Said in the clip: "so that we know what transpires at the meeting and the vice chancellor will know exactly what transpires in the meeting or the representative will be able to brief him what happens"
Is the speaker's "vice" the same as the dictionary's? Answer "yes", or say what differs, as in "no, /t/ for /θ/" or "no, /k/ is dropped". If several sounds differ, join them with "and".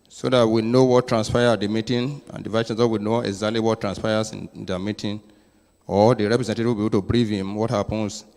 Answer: no, /s/ is dropped